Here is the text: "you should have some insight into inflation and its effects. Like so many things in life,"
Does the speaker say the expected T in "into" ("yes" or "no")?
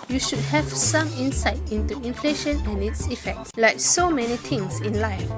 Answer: yes